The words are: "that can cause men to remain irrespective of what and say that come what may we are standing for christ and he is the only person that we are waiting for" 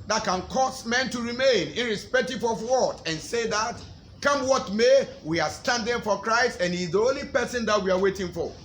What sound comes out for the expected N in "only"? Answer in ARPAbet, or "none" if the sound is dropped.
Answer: N